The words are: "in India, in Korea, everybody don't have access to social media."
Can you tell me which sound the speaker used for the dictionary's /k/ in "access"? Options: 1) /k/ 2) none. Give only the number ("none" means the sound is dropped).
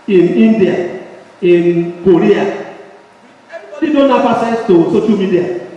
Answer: 2